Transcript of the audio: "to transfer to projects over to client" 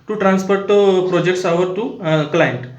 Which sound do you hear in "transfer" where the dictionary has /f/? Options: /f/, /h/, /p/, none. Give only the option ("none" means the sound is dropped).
/p/